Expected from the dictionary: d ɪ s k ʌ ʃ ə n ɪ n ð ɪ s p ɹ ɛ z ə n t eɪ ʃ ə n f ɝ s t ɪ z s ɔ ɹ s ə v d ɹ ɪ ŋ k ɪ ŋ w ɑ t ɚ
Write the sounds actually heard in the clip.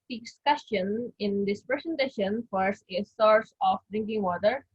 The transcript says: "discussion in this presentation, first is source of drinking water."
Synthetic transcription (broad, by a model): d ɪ s k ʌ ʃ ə n ɪ n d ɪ s p ɹ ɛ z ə n t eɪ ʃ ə n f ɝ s ɪ s ɔ ɹ s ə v d ɹ ɪ ŋ k ɪ ŋ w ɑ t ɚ